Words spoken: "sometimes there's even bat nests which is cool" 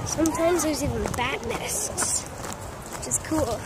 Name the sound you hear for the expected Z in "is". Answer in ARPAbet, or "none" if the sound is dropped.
S